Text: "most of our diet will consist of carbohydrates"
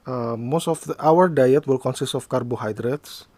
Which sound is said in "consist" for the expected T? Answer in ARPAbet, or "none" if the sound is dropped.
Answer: T